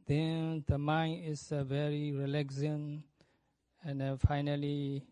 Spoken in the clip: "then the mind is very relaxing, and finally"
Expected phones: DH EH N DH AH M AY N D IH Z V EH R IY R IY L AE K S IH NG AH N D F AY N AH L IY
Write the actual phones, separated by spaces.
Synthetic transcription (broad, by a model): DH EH N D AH M AY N IH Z V EH R IY R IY L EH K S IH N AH N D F AY N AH L IY